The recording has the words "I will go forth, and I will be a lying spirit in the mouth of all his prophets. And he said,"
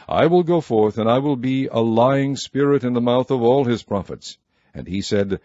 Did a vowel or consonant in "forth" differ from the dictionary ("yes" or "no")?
no